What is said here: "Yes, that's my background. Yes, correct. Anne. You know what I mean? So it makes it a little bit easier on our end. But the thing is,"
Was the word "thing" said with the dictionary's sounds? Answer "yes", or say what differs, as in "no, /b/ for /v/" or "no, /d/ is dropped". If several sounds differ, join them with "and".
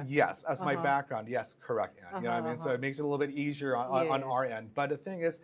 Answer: yes